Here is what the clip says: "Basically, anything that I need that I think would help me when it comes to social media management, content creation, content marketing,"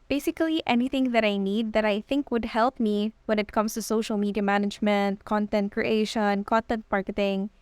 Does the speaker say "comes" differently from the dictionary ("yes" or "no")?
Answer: yes